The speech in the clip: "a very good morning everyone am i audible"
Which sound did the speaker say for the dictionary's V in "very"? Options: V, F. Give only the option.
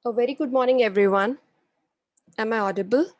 V